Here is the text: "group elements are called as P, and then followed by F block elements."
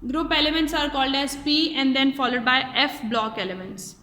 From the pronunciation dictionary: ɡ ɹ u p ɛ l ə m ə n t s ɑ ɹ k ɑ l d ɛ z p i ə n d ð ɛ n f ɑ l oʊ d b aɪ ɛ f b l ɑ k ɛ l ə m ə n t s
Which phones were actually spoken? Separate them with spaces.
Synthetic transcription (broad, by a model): ɡ ɹ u p ɛ l ə m ə n t s ɑ ɹ k ɑ l d ɛ z p i ə n d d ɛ n f ɑ l oʊ d b aɪ ɛ f b l ɑ k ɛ l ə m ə n t s